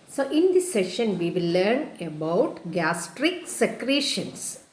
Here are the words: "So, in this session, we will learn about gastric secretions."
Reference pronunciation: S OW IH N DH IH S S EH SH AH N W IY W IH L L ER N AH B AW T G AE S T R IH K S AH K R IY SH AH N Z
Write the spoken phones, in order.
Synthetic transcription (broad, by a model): S OW IH N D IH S S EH SH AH N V IY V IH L L ER N AH B AW T G AE S T R IH K S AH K R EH SH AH N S